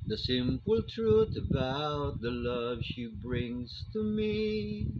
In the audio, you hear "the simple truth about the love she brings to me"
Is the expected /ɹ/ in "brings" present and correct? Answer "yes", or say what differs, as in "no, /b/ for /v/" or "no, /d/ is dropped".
yes